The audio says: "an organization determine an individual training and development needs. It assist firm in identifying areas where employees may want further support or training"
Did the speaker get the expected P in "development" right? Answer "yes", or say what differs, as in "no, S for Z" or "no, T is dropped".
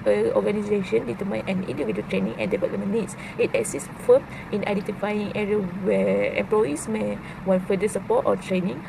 no, P is dropped